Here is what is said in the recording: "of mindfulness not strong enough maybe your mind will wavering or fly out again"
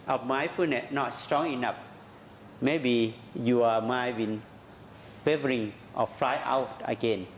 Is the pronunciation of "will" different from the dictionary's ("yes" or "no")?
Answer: yes